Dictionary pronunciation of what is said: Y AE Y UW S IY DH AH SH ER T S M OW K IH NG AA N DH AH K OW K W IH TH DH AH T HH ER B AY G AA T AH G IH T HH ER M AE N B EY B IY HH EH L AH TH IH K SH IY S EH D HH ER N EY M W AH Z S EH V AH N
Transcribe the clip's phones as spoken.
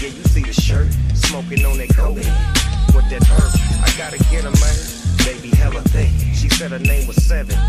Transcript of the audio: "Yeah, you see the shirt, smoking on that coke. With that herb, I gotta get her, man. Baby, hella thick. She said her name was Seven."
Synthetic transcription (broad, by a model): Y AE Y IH S IY DH AH SH ER T S M OW K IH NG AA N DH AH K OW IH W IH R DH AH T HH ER AY G AA T AH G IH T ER M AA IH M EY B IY HH EH L AH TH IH SH IY S EH D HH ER N EY M W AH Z S EH V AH N